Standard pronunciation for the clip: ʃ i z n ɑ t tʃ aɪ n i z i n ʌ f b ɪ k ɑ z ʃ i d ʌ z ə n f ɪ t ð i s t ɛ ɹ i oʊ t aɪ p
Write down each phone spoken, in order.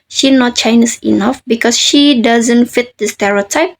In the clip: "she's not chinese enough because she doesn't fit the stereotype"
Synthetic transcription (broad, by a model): ʃ i n ɑ t tʃ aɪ n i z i n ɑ f b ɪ k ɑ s ʃ i d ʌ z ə n f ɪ t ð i s t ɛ ɹ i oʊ t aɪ p